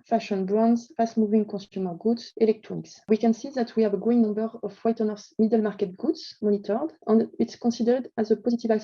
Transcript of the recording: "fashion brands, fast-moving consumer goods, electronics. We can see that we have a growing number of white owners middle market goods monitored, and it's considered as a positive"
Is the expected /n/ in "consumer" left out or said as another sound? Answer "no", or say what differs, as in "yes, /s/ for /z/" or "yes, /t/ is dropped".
yes, /n/ is dropped